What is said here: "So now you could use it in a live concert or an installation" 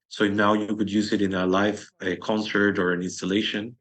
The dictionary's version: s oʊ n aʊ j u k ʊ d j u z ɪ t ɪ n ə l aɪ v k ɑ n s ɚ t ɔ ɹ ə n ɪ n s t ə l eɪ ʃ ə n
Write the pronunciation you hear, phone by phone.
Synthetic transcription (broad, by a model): s oʊ n aʊ j u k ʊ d j u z ɪ t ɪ n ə l aɪ f k ɑ n s ɚ t ɔ ɹ ə n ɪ n s t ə l eɪ ʃ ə n